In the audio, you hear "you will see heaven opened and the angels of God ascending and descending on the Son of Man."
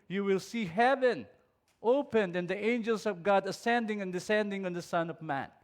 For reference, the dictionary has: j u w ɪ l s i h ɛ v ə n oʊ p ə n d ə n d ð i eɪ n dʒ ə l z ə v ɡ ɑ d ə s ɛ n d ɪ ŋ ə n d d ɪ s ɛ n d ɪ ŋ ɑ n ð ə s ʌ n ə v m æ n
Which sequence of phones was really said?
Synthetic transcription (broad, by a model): j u w ɪ l s i h ɛ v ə n oʊ p ə n d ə n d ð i eɪ n dʒ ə l s ə v ɡ ɑ d ə s ɛ n d ɪ ŋ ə n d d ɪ s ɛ n d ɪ ŋ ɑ n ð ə s ʌ n ə v m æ n